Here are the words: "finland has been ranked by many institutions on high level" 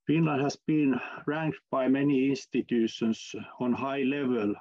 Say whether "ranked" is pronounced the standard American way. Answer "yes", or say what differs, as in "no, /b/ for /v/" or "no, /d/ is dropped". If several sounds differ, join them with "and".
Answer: yes